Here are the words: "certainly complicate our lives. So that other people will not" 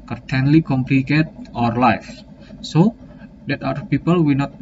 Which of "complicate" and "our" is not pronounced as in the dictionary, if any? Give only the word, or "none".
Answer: none